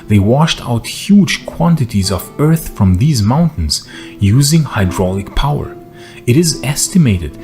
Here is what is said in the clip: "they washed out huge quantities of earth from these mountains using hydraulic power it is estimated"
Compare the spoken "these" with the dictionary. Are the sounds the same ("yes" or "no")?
yes